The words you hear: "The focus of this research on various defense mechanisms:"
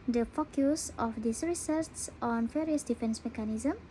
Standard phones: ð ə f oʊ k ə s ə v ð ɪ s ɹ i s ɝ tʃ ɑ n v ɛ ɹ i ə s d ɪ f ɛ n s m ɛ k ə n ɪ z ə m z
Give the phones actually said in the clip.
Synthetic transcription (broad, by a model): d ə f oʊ k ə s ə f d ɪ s ɹ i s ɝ s ɑ n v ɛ ɹ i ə s d ɪ f ɛ n s m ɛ k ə n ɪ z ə m